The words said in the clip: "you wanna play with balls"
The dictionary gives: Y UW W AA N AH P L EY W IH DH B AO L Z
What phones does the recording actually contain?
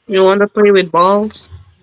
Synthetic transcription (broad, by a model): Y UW W AA N AH P L EY W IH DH B AO L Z